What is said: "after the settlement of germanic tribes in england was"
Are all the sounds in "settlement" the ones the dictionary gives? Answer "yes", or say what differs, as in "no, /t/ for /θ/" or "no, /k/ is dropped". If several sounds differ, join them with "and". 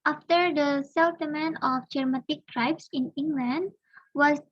no, /l/ is dropped